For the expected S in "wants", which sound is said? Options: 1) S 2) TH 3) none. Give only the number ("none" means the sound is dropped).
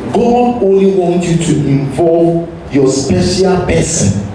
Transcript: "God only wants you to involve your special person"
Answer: 3